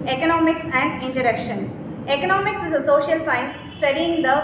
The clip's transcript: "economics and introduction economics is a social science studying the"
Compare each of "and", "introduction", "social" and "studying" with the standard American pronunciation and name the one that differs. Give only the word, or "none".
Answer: introduction